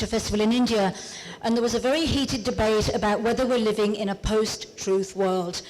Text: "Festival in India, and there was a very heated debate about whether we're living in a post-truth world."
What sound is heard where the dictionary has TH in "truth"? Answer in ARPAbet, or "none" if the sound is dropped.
TH